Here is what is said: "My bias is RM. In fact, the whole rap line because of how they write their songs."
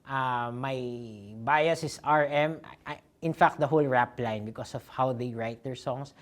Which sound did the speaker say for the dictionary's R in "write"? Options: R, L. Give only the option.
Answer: R